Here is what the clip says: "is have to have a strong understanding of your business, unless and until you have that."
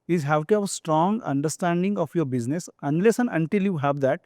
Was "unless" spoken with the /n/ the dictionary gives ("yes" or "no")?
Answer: yes